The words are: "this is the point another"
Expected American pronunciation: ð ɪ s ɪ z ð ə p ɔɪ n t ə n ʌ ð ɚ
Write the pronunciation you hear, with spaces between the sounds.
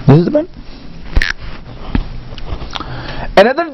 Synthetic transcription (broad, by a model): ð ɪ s ɪ z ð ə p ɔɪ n ə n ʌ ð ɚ